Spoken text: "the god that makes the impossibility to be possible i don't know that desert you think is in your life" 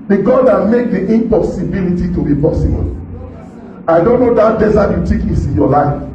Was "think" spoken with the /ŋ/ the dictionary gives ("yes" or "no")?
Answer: no